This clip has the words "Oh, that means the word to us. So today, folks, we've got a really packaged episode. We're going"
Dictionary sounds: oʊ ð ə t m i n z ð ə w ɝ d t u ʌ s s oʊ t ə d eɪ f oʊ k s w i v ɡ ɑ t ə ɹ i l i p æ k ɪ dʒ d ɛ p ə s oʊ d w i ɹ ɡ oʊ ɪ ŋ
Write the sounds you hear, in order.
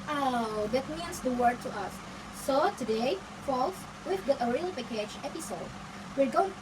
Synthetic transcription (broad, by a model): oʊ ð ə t m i n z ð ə w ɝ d t u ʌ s s oʊ t ə d eɪ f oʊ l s w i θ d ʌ t ə ɹ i l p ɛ k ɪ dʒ ɛ p ə s oʊ d w i ɹ ɡ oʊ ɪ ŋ